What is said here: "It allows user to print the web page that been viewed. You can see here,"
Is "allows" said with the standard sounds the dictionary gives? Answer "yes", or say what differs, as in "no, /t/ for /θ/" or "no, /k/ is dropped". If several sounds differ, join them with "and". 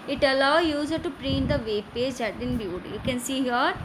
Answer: no, /z/ is dropped